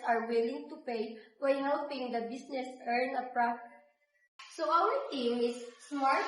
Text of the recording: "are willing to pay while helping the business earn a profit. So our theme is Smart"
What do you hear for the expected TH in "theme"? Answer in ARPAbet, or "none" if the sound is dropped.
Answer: T